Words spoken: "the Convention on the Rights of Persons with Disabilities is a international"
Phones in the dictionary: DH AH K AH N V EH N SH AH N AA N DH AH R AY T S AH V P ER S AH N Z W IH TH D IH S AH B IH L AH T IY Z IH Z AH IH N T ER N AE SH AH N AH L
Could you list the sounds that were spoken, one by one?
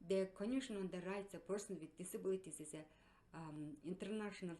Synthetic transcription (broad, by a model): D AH K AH N EH SH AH N AA N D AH R AY T S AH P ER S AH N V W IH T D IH S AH B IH L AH T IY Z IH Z AH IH N T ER N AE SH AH N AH L